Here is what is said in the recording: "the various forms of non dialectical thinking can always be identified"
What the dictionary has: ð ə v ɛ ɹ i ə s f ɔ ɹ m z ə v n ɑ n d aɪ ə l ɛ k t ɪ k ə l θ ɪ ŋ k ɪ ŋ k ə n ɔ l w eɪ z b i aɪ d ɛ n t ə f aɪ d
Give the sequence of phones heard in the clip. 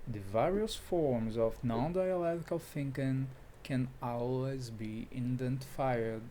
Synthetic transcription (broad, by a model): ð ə v ɛ ɹ i ə s f ɔ ɹ m z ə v n ɑ n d aɪ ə l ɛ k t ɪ k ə l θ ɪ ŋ k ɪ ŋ k ə n ɔ l w eɪ z b i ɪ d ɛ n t f aɪ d